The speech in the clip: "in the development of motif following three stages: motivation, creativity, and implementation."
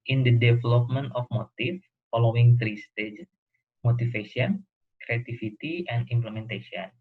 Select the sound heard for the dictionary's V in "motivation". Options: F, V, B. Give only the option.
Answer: F